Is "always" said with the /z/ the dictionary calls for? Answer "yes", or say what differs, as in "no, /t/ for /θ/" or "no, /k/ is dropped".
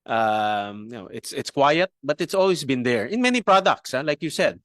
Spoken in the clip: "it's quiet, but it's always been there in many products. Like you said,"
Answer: no, /s/ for /z/